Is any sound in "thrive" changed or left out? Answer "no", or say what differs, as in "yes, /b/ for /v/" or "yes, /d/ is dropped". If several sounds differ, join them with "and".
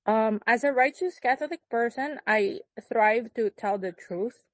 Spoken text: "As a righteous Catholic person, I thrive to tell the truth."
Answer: no